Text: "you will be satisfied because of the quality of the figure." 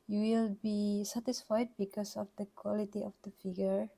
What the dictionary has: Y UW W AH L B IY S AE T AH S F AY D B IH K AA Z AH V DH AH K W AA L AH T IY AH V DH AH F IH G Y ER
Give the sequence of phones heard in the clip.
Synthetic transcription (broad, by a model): Y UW W AH L B IY S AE T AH S F AY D B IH K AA S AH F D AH K W AA L AH T IY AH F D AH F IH G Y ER